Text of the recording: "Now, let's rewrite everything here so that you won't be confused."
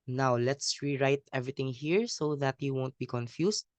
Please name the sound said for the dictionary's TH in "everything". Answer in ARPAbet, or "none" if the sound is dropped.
T